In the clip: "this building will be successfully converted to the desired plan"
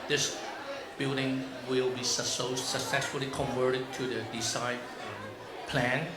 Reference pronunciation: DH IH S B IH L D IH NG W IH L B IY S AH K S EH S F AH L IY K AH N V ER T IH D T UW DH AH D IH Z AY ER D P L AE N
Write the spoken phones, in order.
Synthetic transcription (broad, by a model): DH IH S B IH L D IH NG W IH L B IY S AH K S EH S F AH L IY K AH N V ER T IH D T UW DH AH D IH S AY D P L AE N